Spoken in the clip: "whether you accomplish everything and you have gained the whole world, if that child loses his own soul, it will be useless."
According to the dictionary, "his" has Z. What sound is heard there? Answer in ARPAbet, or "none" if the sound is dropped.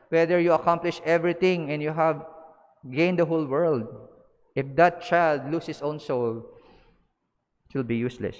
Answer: S